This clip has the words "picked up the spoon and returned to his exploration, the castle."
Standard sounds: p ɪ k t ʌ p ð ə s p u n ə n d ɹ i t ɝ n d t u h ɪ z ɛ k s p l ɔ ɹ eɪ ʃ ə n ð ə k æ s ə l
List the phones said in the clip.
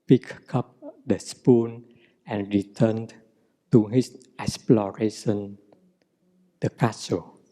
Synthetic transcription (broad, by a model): p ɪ k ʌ p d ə s p u n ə n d ɹ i t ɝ n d t u h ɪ s ɛ k s p l ɔ ɹ eɪ ʃ ə n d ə k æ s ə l